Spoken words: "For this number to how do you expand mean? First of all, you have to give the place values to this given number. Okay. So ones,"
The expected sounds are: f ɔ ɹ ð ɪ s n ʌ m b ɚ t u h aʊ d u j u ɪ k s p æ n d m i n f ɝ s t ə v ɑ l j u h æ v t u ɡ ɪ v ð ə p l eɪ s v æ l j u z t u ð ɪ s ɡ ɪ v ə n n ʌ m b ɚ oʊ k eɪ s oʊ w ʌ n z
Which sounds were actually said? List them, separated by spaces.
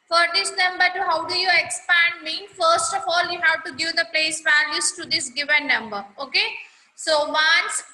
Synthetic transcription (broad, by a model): f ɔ ɹ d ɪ s n ʌ m b ɚ t u h aʊ d u j u ɪ k s p æ n d m i f ɝ s t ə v ɑ l j u h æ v t u ɡ ɪ v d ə p l eɪ s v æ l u s t u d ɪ s ɡ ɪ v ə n n ʌ m b ɚ oʊ k eɪ s oʊ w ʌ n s